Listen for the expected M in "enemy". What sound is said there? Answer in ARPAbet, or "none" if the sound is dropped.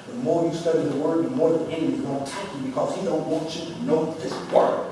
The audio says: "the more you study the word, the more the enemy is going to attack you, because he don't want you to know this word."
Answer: none